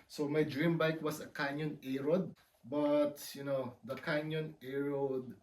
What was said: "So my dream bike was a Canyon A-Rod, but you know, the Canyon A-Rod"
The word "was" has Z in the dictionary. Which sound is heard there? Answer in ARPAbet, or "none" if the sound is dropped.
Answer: S